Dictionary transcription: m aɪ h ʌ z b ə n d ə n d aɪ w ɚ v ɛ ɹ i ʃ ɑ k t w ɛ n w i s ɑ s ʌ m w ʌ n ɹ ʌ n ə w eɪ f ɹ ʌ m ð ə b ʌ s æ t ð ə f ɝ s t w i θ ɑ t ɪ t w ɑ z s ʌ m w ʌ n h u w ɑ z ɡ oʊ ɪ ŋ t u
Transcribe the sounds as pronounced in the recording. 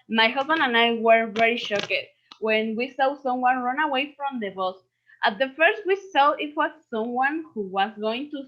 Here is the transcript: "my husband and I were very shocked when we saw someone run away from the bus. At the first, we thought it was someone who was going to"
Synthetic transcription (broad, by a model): m aɪ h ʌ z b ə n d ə n aɪ w ɚ v ɛ ɹ i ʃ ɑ k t w ɛ n w i s ɑ s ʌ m w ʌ n ɹ ʌ n ə w eɪ f ɹ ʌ m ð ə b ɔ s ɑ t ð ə f ɝ s t w i s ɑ ɪ t w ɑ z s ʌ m w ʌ n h u w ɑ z ɡ oʊ ɪ ŋ t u